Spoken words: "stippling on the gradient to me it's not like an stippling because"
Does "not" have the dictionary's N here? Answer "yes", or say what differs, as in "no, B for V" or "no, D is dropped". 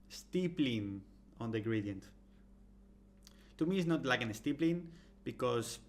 yes